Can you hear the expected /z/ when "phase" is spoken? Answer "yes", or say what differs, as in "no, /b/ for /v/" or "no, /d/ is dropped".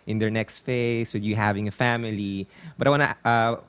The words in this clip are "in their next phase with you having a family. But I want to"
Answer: no, /s/ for /z/